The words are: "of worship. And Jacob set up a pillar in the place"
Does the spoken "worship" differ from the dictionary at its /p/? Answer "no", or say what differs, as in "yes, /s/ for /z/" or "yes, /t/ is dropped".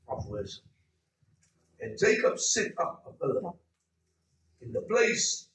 yes, /p/ is dropped